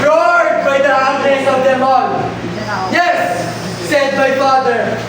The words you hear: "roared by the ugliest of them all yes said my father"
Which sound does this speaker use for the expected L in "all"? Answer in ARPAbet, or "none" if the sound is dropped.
N